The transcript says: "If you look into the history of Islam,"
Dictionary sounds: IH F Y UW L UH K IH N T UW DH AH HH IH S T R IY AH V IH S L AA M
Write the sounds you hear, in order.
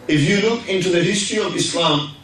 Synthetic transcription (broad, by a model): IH F Y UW L UH K IH N T UW DH AH HH IH S T R IY AH V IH S L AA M